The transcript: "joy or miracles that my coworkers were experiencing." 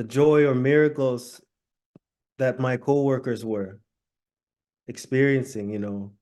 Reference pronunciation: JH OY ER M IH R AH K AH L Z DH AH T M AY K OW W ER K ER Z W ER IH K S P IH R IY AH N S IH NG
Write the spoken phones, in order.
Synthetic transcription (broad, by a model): JH OY ER M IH R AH K L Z DH AH T M AY K OW W ER K ER Z W ER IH K S P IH R IY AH N S IH NG